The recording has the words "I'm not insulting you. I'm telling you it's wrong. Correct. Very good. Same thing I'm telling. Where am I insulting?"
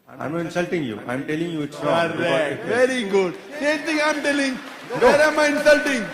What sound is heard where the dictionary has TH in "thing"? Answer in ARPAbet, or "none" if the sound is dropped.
T